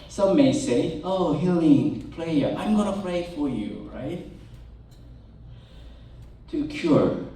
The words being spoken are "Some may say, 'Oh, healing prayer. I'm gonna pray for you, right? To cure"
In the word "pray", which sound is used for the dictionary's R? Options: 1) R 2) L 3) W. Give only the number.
2